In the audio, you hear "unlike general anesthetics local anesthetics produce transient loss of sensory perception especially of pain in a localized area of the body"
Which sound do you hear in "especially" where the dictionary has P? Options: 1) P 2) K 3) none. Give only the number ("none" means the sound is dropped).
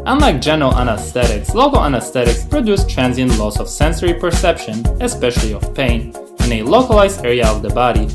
1